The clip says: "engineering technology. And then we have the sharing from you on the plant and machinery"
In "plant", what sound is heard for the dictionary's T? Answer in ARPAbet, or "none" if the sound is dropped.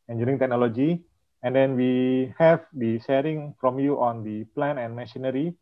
none